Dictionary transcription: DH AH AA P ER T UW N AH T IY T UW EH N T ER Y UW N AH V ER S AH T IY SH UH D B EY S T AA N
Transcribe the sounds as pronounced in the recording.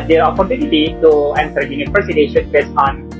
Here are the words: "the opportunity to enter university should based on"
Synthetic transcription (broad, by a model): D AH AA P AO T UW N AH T IY T UW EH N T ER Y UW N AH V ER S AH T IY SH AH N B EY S AA N